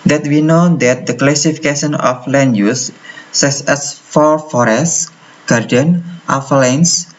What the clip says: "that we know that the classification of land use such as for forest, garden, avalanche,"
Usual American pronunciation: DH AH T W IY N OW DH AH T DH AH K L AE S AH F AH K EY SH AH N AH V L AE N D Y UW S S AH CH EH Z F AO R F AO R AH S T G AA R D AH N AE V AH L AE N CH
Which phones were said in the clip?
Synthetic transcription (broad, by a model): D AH T W IY N OW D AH T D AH K L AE S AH F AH K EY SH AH N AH F L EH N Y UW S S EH S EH S F AO R F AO R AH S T G AA R D AH N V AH L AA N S